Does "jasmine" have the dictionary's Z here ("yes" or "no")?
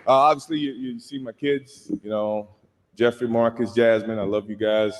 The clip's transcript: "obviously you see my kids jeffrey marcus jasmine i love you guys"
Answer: yes